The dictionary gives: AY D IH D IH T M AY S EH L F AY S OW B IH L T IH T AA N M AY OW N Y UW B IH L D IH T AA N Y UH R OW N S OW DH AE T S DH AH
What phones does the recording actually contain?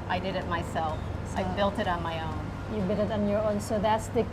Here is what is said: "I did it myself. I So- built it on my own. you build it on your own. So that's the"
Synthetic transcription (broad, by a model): AY D IH D IH T M AY S EH L F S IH B IH L T IH T N M AY OW N Y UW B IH D IH T N Y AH R OW N S OW DH AE T S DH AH